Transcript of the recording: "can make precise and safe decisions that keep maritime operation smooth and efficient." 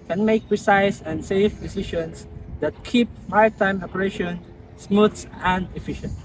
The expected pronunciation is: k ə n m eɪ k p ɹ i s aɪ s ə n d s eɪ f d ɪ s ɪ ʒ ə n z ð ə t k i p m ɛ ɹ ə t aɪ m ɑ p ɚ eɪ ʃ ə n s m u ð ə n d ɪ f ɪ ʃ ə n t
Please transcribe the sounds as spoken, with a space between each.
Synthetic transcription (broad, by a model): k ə n m eɪ k p ɹ i s aɪ s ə n s eɪ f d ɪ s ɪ ʃ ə n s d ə t k i p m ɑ ə t aɪ m ɑ p ɚ eɪ ʃ ə n s m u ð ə n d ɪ f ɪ ʃ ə n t